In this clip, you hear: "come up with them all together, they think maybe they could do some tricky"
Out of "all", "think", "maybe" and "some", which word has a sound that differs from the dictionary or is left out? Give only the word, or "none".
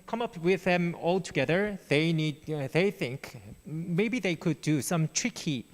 none